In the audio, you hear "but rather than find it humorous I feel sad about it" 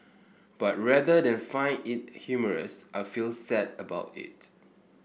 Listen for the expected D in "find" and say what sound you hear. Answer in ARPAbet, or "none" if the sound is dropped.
none